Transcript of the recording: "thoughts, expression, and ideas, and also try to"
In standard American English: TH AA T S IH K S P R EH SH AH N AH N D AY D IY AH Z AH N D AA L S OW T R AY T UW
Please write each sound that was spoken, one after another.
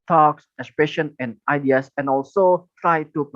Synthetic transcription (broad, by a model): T AA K S IH K S P R EH SH AH N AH N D AY D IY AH S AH N AA L S OW T R AY T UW